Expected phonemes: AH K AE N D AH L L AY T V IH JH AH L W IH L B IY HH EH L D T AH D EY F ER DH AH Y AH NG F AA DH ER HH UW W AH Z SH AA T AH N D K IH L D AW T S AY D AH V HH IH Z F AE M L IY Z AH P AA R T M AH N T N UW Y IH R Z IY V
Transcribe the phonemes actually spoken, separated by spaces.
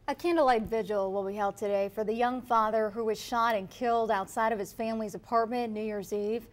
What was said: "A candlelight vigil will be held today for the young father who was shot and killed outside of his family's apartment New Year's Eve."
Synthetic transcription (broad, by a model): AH K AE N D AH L L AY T V IH JH AH L W IH L B IY HH EH L D T AH D EY F ER DH AH Y AH NG F AA DH ER HH UW W AH Z SH AA T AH N K IH L D AW T S AY D AH V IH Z F AE M L IY Z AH P AA R T M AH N N UW Y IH R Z IY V